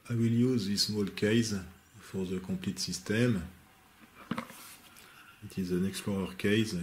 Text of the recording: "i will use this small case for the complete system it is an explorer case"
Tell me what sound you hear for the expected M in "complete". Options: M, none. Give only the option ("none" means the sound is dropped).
none